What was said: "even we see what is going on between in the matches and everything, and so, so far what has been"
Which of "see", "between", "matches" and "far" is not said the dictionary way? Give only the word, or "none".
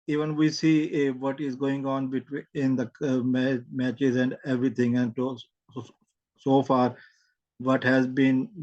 between